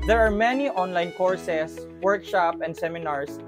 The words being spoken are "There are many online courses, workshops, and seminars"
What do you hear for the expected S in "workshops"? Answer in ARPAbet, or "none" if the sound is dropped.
none